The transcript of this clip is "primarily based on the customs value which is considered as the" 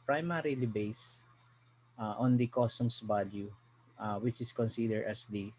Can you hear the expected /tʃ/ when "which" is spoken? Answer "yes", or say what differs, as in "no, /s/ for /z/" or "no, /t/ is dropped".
yes